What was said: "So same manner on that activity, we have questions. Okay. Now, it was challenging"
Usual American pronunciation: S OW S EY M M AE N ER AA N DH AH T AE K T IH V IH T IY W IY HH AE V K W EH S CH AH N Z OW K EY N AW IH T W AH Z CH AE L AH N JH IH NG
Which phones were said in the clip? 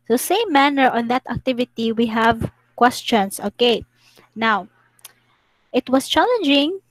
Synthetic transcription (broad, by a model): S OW S EY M M AE N ER AA N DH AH T AE K T IH V IH T IY W IY HH AE V K W EH S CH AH N S OW K EY N AW IH T W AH S CH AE L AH N JH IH NG